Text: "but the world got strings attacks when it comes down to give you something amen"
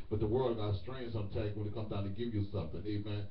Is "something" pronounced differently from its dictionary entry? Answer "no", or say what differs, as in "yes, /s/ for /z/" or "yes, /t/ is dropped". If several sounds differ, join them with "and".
no